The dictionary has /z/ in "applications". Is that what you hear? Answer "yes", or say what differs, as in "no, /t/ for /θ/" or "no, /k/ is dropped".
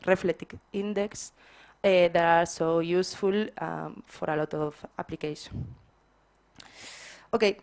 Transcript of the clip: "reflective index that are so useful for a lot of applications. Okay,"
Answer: no, /z/ is dropped